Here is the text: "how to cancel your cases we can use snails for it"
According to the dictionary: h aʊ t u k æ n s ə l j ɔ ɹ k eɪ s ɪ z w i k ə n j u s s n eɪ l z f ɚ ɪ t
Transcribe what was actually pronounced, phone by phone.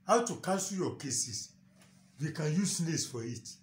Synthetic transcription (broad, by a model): h aʊ t u k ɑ s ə j ɔ k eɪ s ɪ s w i k ə n j u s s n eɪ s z f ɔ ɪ t